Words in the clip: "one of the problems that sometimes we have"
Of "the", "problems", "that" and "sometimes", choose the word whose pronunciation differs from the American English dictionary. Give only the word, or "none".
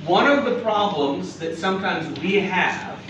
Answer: none